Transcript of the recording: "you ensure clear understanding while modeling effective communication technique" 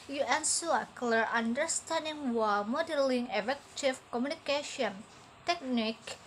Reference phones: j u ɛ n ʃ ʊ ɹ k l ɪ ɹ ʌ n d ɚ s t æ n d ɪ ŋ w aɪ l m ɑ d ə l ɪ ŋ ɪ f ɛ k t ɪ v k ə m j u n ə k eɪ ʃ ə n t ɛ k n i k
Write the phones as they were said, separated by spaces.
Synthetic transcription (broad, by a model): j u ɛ n s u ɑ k l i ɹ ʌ n d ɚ s t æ n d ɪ ŋ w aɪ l m ɑ d ə l ɪ ŋ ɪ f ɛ k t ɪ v k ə m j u n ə k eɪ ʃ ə n t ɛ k n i k